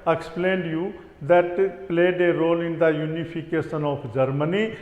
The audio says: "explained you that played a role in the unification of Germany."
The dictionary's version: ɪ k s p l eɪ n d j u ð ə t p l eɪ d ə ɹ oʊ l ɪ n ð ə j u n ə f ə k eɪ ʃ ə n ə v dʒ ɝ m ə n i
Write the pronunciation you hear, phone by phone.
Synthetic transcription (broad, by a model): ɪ k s p l eɪ n d j u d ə t p l eɪ d ə ɹ oʊ l ɪ n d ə j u n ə p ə k eɪ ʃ ə n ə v dʒ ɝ m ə n i